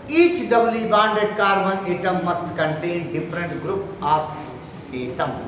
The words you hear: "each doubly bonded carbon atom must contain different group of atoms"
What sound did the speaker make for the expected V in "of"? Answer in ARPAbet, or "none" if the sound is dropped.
P